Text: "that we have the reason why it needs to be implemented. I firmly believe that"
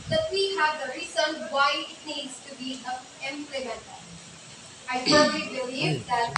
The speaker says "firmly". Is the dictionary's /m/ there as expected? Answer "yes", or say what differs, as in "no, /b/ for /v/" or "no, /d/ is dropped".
no, /m/ is dropped